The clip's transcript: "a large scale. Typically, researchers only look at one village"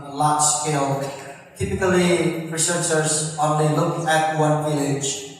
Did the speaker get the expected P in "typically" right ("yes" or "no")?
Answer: yes